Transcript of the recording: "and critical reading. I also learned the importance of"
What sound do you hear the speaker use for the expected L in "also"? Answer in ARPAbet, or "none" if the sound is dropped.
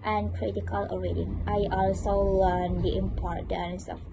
L